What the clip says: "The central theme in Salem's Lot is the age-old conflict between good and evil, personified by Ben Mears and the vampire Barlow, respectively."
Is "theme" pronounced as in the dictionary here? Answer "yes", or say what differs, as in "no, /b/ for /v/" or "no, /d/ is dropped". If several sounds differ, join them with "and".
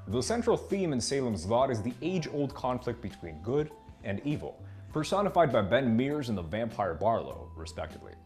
yes